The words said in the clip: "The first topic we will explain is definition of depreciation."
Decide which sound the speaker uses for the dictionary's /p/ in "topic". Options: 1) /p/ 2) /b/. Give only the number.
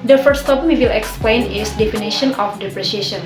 2